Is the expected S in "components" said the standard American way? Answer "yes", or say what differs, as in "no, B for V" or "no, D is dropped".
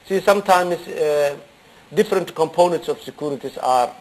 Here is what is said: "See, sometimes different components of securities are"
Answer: yes